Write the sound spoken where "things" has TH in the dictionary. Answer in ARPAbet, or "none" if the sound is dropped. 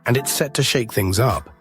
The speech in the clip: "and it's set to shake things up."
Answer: TH